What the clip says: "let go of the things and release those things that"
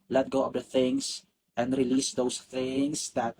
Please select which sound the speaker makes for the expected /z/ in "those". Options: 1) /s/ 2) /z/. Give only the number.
1